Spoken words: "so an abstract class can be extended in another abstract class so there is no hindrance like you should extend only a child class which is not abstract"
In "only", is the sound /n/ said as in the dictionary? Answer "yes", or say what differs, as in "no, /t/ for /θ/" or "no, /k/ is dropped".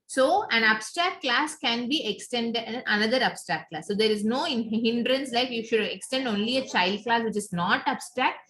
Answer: yes